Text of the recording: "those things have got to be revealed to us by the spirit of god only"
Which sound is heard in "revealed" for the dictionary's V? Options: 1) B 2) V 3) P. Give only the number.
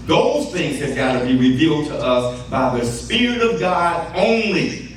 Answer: 2